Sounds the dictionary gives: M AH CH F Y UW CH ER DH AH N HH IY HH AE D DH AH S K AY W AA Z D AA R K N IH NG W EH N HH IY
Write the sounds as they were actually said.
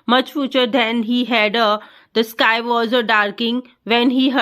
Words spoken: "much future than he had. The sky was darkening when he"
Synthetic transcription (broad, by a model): M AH CH F Y UW CH ER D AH N HH IY HH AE D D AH S K AY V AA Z D AA R K IH NG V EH N HH IY